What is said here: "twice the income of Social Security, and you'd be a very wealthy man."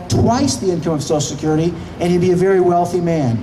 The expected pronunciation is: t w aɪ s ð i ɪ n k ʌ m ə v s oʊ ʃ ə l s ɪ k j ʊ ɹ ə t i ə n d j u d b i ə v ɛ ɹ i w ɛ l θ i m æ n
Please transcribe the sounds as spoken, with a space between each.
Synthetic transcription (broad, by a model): t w aɪ s ð i ɪ n k ʌ m ə v s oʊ ə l s ɪ k j ʊ ɹ ə t i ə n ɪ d b i ə v ɛ ɹ i w ɛ l θ i m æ n